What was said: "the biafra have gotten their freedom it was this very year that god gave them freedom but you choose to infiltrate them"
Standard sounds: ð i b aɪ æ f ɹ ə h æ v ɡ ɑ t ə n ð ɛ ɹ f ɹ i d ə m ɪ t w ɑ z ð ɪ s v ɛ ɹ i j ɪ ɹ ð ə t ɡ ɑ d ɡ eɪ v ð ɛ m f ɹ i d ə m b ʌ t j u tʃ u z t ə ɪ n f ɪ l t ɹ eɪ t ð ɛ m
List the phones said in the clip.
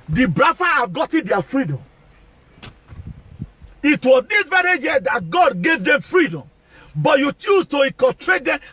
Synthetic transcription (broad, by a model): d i b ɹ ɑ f ə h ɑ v ɡ ɑ t ə n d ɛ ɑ f ɹ i d ə m ɪ t w ɑ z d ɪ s v ɛ ɹ i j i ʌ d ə t ɡ ɑ d ɡ eɪ v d ɛ m f ɹ i d ə m b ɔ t j u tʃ u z t ə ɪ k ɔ t ɹ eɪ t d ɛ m